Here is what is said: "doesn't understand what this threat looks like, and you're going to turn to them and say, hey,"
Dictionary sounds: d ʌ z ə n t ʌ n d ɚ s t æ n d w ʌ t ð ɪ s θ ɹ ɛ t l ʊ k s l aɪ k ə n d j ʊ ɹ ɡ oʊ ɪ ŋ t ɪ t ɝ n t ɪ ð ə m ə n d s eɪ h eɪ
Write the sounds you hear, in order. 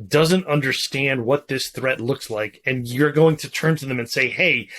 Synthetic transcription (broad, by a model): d ʌ z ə n t ʌ n d ɚ s t æ n d w ʌ t ð ɪ s θ ɹ ɛ t l ʊ k s l aɪ k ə n j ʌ ɹ ɡ oʊ ɪ ŋ t ɪ t ɝ n t ɪ ð ə m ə n s eɪ h eɪ